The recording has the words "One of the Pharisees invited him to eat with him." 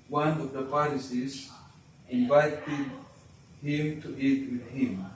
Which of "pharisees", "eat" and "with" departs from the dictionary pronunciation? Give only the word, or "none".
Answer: pharisees